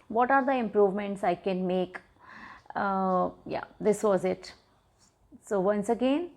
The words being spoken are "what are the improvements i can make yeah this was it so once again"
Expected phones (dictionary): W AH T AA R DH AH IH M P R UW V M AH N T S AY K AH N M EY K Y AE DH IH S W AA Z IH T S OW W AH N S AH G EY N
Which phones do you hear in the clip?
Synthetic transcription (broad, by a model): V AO T AA R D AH IH M P R UW V M AH N T S AY K AH N M EY K Y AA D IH S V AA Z IH T S OW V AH N S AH G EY N